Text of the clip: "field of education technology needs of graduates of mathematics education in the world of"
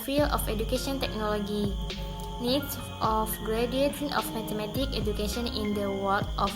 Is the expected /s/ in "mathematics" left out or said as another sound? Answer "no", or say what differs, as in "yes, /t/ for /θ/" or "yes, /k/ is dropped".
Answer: yes, /s/ is dropped